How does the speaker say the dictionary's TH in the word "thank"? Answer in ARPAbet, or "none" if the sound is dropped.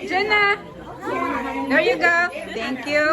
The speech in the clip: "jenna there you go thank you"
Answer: T